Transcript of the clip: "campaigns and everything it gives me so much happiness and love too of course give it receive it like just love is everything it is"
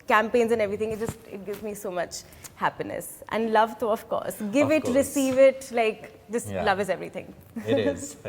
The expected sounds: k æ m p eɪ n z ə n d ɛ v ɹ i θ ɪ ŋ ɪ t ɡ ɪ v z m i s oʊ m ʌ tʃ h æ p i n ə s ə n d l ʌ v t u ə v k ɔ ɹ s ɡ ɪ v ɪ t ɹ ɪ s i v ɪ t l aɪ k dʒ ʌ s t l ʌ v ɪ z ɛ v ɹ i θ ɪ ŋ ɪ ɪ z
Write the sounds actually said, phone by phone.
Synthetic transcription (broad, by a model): k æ m p eɪ n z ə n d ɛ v ɹ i t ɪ ŋ ɪ t ɡ ɪ v z m i s oʊ m ʌ tʃ h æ p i n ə s ə n d l ʌ v t u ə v k ɔ ɹ s ɡ ɪ v ɪ t ɹ ɪ s i v ɪ t l aɪ k dʒ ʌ s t l ʌ v ɪ z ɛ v ɹ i t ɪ ŋ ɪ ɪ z